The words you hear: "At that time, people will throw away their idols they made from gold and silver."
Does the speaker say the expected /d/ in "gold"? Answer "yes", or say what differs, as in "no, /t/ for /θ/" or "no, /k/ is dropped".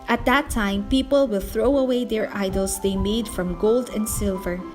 yes